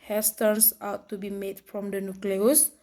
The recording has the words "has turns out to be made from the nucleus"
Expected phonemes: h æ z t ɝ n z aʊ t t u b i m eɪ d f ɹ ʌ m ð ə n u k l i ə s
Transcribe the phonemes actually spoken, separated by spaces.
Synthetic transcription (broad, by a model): h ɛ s t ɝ n s aʊ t t u b i m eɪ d f ɹ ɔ m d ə n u k l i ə s